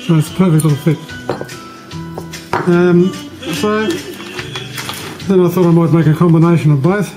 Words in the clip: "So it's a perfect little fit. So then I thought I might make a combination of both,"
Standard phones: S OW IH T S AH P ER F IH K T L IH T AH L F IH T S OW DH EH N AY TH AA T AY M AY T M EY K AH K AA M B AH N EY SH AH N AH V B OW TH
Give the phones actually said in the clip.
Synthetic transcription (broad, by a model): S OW IH T S P ER F IH K T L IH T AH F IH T S OW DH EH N AY TH AA T AY M AY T M EY K AH K AA M B AH N EY SH AH N AH V B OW TH